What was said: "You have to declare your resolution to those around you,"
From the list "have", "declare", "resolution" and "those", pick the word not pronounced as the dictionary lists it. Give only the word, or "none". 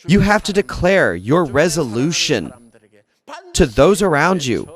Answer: have